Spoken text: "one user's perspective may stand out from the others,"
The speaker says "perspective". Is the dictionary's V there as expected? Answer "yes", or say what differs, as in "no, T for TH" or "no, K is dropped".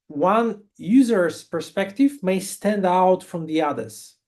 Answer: yes